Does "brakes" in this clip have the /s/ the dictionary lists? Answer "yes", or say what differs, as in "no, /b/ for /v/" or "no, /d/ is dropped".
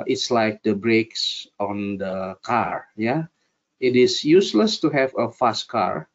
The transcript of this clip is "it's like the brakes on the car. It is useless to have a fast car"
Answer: yes